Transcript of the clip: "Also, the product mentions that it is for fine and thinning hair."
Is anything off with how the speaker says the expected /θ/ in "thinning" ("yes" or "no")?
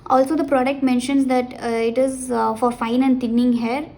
yes